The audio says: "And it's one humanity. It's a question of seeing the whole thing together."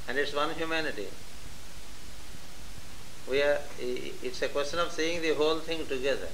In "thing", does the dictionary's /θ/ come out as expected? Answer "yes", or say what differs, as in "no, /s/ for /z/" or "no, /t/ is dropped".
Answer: no, /t/ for /θ/